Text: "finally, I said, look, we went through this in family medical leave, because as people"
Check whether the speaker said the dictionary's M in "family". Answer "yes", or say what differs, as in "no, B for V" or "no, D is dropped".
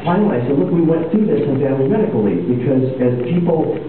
no, M is dropped